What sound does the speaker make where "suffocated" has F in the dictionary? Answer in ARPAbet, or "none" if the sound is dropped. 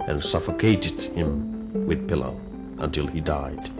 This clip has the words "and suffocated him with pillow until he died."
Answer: F